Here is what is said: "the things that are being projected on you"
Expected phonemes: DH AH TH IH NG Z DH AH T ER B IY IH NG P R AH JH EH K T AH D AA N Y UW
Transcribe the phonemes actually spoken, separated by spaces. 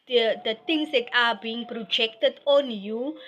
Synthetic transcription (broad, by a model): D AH T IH NG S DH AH T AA B IY IH NG P R AH JH EH K T AH D AA N Y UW